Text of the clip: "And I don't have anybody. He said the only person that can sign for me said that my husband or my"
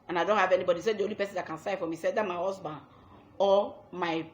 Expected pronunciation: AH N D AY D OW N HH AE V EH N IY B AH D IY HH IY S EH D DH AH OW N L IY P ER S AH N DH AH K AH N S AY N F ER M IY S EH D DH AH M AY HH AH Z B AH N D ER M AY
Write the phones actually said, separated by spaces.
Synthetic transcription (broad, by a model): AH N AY D OW N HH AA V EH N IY B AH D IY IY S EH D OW L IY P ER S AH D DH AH K AH N S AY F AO M IY S EH D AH M AY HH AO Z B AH N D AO M AY